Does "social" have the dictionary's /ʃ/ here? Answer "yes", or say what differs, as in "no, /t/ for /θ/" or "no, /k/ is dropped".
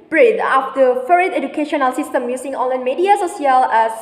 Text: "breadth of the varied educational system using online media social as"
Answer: no, /s/ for /ʃ/